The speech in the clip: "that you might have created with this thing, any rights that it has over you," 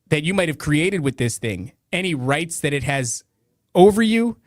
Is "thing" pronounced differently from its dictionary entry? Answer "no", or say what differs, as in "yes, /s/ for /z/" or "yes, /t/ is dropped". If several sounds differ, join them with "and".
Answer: no